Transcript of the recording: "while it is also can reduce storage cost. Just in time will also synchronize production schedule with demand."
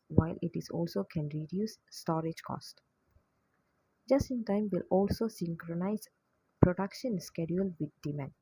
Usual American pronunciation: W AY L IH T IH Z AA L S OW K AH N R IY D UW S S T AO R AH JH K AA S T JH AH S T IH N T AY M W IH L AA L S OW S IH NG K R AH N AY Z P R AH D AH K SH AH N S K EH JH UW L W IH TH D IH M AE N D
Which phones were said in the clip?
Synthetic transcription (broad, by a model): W AY L IH T IH Z AA L S OW K AH N R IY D UW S S T AO R AH JH K AA S T JH AH S T IH N T AY M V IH L AA L S OW S IH NG K R AH N AY Z P R AH D AH K SH AH N S K EH JH UW L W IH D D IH M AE N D